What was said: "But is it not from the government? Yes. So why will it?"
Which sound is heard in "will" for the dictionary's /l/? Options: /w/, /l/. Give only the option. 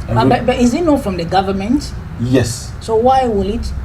/l/